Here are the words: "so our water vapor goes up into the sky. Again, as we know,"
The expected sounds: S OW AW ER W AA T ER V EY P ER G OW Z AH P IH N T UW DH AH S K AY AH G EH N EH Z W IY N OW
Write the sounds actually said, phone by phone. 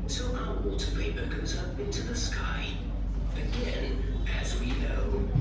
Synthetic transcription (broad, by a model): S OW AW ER W AA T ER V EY B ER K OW Z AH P IH N T UW DH AH S K AY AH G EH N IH Z W IY N OW